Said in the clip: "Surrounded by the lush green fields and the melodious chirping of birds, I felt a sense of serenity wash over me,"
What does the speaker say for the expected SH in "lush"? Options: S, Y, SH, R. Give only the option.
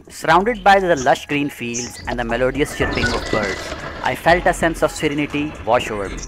SH